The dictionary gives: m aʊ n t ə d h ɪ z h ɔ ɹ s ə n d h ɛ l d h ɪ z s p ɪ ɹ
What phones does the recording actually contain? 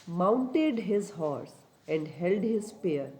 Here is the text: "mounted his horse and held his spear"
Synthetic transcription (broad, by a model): m aʊ n t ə d h ɪ z h ɔ ɹ s ə n d h ɛ l d h ɪ z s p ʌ ɹ